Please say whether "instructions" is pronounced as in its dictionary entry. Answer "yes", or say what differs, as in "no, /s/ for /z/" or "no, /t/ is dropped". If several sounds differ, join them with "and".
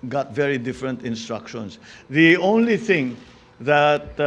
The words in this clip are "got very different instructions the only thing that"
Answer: no, /s/ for /z/